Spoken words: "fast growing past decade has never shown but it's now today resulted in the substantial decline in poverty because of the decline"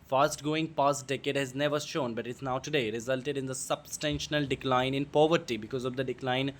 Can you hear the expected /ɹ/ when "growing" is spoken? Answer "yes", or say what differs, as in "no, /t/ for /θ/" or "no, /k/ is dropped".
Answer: no, /ɹ/ is dropped